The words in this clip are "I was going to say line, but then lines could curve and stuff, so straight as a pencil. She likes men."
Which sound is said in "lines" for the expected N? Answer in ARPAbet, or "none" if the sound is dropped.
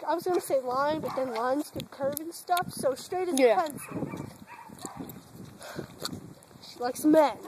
N